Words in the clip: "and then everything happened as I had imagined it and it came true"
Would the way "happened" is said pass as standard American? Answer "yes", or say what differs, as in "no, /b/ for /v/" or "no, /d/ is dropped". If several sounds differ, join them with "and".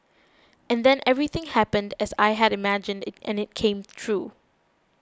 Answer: yes